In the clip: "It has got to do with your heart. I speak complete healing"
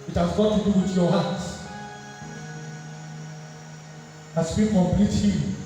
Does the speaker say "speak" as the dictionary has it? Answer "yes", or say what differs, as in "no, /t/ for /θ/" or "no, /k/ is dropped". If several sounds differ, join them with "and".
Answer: no, /b/ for /p/